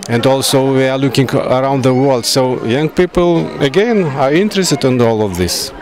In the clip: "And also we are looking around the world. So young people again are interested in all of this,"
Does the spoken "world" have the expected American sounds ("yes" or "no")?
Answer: yes